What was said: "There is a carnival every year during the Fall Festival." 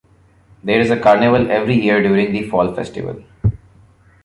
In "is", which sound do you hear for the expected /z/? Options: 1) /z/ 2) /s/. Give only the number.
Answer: 1